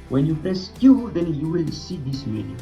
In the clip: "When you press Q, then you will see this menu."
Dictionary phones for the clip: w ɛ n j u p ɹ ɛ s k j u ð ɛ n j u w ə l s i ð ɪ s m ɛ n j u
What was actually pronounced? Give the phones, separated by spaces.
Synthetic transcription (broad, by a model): w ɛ n j u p ɛ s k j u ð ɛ n j u w ə l s i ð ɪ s m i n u